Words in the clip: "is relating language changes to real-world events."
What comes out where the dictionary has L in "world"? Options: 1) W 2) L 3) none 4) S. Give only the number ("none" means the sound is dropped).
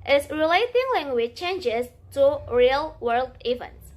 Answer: 2